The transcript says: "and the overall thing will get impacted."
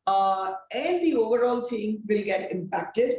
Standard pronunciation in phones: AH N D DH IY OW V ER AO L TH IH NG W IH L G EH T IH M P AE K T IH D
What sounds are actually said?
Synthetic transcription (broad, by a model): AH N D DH IY OW V ER AO L T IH NG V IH L G EH T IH M P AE K T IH D